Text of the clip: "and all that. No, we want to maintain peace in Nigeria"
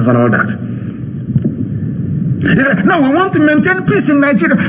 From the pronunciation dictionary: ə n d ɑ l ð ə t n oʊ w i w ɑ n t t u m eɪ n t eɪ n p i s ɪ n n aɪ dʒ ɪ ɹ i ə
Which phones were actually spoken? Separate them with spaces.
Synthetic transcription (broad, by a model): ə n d ɑ l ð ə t n oʊ w i w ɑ n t t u m eɪ n t eɪ n p i s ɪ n n aɪ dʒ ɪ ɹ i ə